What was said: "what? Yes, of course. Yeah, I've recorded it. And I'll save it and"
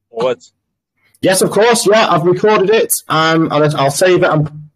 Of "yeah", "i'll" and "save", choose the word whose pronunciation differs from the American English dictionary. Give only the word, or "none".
none